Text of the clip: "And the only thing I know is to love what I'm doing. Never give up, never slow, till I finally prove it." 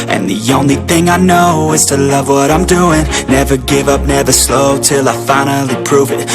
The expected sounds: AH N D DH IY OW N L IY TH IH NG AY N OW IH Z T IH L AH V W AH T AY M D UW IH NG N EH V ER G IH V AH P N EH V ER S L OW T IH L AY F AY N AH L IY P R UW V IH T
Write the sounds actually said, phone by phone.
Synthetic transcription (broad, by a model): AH N DH IY OW N L IY TH IH NG AY N OW IH Z T IH L AH V W AH T AY M D UW IH NG N EH V ER G IH V AH P N EH V ER S L OW T IH L AY F AY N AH L IY P R UW V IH T